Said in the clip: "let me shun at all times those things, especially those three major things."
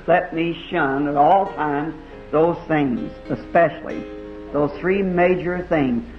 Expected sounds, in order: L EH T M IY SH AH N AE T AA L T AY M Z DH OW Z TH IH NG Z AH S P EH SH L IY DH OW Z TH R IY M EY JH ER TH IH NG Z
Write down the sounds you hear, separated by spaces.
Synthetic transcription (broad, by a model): L EH T M IY SH AH N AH T AA L T AY M Z DH OW Z TH IH NG Z AH S P EH SH L IY DH OW Z TH R IY M EY JH ER TH IH NG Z